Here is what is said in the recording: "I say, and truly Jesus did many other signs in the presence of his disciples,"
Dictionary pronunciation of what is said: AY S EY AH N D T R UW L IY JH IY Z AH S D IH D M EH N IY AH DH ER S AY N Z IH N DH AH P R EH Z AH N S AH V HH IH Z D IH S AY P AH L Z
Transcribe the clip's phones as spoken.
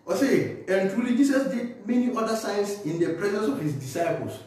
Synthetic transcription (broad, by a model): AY S EY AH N T R UW L IY JH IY S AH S D IH D M EH N IY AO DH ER S AY N S IH N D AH P R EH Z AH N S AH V HH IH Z D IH S AY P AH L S